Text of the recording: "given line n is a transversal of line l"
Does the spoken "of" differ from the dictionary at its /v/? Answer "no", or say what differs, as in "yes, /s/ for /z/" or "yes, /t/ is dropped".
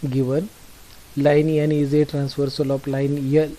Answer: yes, /p/ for /v/